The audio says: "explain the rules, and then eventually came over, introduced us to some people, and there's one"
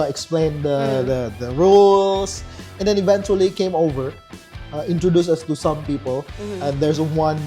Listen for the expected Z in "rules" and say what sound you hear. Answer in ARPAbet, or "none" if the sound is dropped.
S